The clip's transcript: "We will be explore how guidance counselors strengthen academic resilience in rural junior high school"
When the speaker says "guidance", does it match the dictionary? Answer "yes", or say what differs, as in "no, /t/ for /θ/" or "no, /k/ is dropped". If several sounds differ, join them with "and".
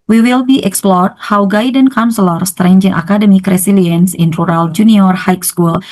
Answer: no, /s/ is dropped